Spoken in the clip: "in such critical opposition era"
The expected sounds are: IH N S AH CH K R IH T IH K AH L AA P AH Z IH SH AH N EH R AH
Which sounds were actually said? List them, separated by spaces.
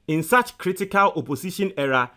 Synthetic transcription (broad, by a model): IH N S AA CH K R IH T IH K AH L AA P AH S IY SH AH N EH R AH